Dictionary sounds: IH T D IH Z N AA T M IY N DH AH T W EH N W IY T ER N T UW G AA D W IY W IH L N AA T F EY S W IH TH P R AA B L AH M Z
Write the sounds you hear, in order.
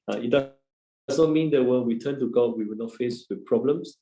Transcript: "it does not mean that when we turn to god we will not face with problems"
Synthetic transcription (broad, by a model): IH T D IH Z N AA T M IY N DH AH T W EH L W IY T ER N T UW G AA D W IY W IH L N AA T F EY S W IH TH P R AA B L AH M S